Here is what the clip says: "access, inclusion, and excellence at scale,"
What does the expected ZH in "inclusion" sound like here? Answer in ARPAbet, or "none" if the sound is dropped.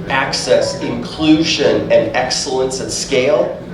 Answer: ZH